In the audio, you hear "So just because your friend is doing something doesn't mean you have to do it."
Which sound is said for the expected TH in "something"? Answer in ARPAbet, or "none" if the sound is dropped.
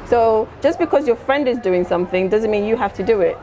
TH